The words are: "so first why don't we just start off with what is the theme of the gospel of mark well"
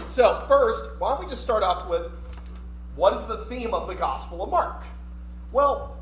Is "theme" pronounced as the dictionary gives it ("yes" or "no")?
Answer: yes